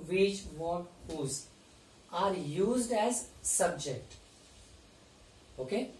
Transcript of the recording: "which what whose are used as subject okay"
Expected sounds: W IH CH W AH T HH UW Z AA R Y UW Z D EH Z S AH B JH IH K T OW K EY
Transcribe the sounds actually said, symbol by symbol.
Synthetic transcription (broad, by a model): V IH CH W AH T HH UW Z AA R Y UW Z D EH Z S AH B JH IH K T OW K EY